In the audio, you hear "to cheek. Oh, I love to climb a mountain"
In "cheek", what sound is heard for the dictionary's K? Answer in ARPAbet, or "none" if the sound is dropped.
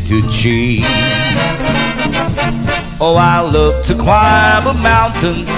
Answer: none